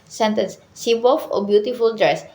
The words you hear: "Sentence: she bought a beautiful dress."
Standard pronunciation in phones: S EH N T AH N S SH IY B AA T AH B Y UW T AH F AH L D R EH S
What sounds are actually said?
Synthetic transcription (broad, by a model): S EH N T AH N S S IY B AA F AH B Y UW T AH F AH L D R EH S